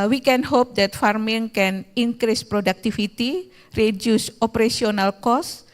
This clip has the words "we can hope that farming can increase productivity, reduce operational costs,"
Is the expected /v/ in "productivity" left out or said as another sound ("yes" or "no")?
yes